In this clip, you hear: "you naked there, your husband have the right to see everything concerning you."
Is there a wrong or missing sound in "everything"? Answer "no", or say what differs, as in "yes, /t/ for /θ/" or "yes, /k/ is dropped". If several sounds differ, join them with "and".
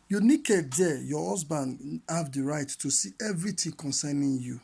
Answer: yes, /t/ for /θ/